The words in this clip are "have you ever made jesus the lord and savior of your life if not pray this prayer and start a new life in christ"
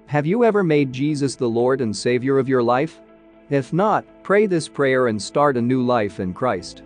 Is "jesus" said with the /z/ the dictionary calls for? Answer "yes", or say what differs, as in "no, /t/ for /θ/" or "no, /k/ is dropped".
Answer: yes